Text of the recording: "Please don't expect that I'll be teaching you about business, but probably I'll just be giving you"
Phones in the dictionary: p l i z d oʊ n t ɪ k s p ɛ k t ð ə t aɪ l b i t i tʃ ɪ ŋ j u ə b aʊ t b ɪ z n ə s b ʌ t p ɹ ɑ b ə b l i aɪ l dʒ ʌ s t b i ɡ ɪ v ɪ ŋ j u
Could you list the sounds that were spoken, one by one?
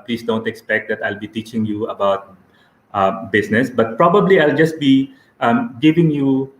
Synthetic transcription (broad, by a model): p l i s d oʊ n t ɪ k s p ɛ k t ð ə t aɪ l b i t i tʃ ɪ ŋ j u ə b aʊ t b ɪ s n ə s b ʌ t p ɹ ɑ b ə b l i aɪ l dʒ ʌ s t b i ɡ ɪ v ɪ ŋ j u